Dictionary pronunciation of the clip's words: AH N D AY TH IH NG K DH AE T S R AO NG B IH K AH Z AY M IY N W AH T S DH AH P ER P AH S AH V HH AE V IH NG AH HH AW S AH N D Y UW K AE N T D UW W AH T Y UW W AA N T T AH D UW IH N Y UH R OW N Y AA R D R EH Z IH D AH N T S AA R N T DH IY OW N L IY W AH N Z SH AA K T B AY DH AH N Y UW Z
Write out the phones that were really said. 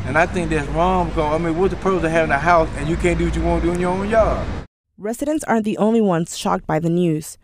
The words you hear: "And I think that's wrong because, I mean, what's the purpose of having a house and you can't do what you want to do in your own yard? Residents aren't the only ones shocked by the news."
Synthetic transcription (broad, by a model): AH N AY TH IH NG K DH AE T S R AO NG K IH AH AY M IY N W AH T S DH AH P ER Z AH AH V HH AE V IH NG AH HH AW S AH N Y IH K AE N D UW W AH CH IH W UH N D UW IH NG Y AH R OW N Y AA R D R EH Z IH D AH N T S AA R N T DH IY OW N L IY W AH N Z SH AA K T B AY DH AH N Y UW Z